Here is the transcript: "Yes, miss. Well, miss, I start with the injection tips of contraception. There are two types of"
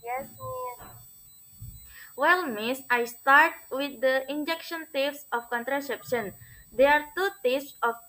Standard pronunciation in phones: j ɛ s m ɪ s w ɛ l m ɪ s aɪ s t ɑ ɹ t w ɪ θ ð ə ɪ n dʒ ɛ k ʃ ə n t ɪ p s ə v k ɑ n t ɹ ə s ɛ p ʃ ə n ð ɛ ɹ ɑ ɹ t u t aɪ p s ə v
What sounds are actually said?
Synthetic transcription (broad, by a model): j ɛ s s w ɛ l m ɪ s aɪ s t ɑ ɹ t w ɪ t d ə ɪ n dʒ ɛ k ʃ ə n t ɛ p s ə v k ɑ n t ɹ ə s ɛ p ʃ ə n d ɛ ɑ ɹ t u t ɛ s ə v